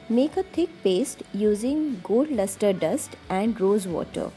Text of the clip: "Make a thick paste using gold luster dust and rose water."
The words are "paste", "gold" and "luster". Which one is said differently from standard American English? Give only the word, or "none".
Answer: gold